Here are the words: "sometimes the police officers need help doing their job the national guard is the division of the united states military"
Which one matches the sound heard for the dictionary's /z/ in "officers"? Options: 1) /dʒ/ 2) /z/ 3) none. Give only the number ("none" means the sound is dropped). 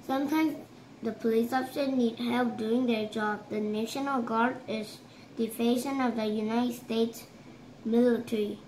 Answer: 3